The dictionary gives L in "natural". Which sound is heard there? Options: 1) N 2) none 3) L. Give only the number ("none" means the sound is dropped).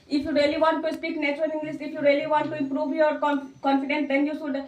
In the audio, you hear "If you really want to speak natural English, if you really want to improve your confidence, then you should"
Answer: 1